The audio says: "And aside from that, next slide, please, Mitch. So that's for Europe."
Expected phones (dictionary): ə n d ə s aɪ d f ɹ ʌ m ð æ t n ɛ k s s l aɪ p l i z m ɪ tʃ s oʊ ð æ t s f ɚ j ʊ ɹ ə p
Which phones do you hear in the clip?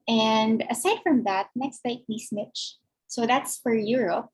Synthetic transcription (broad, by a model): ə n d ə s aɪ d f ɹ ʌ m ð æ t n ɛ k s s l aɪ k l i s m ɪ tʃ s oʊ ð æ t s f ɚ j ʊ ɹ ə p